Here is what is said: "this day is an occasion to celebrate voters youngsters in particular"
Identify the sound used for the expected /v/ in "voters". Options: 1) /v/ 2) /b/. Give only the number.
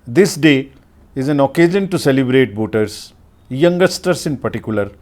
2